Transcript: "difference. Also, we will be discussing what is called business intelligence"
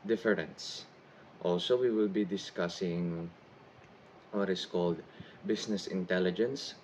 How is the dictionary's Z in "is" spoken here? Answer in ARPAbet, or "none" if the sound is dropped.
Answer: S